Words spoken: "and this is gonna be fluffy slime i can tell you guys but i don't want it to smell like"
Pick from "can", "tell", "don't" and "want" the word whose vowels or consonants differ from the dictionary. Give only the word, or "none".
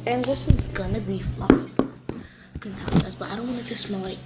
want